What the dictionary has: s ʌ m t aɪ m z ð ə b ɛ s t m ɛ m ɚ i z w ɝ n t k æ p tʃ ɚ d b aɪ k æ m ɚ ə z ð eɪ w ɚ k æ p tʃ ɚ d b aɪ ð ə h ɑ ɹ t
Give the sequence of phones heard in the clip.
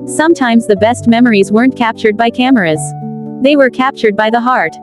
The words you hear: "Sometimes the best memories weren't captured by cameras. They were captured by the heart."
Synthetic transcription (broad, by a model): s ʌ m t aɪ m z ð ə b ɛ s t m ɛ m ɚ i z w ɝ n k æ p tʃ ɚ d b aɪ k æ m ɚ ə z ð eɪ w ɚ k æ p tʃ ɚ d b aɪ ð ə h ɑ ɹ t